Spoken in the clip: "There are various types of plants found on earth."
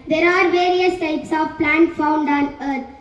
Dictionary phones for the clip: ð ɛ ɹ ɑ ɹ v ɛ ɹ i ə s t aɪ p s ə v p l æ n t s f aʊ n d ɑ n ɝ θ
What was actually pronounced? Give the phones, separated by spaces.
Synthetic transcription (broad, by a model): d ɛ ɹ ɑ ɹ v ɛ ɹ i ə s t aɪ p s ə v p l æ n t f aʊ n d ɑ n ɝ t